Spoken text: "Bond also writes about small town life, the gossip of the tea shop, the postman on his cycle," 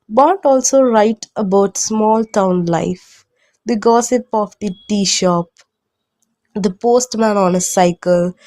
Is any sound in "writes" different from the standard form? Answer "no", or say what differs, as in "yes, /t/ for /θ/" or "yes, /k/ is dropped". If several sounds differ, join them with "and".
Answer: yes, /s/ is dropped